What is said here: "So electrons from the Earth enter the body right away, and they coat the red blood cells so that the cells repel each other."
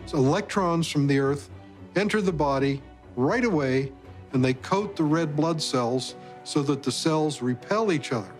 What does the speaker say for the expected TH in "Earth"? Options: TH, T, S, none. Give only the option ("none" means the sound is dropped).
TH